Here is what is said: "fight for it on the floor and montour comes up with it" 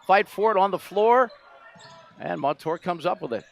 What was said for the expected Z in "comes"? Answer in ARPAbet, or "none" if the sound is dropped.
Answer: Z